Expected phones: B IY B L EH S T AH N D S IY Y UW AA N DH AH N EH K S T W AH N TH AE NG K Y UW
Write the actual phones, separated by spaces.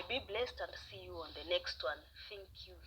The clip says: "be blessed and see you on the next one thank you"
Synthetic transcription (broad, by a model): B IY B L EH S T AH N D S IY Y UW AA N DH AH N EH K S T W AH N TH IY NG K Y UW